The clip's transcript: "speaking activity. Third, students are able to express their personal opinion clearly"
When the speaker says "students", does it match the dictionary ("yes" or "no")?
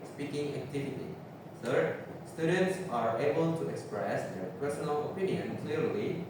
yes